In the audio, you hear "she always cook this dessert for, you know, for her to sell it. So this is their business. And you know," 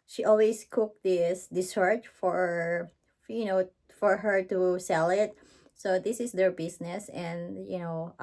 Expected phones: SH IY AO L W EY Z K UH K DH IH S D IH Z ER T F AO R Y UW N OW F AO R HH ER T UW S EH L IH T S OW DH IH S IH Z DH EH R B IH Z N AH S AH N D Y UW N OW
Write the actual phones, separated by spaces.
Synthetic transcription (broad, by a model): SH IY AO L W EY S K UH K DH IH S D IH S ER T F AO R Y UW N OW F AO R HH ER T UW S EH L IH T S OW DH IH S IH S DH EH R B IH S N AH S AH N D Y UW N OW